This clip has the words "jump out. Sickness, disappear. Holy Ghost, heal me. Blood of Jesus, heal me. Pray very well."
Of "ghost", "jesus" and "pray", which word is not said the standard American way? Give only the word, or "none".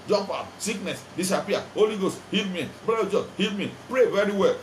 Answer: jesus